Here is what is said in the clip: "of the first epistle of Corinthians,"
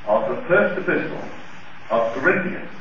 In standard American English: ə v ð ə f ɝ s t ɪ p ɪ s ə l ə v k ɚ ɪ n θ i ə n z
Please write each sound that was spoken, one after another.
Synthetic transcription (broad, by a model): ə v ð ə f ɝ s t ɪ p ɪ s ə l ə v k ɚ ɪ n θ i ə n